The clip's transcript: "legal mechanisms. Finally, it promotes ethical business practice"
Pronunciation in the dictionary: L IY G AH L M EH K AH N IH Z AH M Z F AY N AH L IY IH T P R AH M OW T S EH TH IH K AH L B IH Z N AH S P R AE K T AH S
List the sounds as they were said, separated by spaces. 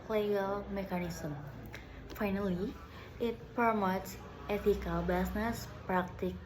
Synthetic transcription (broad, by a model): L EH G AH L M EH K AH N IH S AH M F AY N AH L IY IH T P AH M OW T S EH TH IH K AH L B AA S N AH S P R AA K T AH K